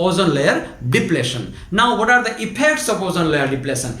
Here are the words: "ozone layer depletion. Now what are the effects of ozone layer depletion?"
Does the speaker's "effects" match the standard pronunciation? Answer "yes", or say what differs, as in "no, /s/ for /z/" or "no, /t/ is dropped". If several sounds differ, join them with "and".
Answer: no, /p/ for /f/